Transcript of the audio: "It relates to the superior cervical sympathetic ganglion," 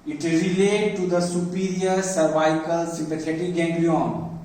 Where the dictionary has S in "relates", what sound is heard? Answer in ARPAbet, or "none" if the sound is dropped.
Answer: none